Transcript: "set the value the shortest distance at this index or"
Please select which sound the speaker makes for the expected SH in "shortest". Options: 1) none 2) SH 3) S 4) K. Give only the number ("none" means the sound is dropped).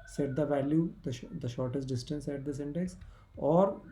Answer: 2